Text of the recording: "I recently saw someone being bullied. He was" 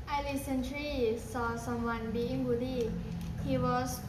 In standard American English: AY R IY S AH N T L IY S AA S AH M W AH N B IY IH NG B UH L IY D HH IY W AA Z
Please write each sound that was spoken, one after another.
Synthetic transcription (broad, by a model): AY L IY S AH N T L IY S AA S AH M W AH N B IY IH NG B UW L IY HH IY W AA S